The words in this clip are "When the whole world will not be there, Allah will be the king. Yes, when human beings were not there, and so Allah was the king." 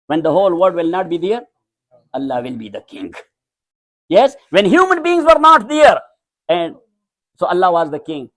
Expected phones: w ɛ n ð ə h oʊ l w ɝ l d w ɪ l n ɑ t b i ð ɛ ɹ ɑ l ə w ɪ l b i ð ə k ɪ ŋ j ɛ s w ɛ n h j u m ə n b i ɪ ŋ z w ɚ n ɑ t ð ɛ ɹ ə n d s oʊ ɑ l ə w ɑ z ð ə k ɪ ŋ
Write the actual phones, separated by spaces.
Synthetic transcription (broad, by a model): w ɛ n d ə h oʊ l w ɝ d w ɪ l n ɑ t b i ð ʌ ɹ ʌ l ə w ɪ l b i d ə k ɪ ŋ j ɛ s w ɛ n h j u m ə n b i ɪ ŋ z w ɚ n ɑ t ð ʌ ɹ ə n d s oʊ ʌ l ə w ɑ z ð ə k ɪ ŋ